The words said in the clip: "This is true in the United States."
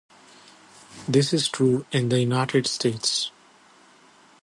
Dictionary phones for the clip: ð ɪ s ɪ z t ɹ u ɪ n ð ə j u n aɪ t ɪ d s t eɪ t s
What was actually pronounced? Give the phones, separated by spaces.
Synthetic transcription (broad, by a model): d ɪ s ɪ z t ɹ u ɪ n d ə j u n aɪ t ɪ d s t eɪ t s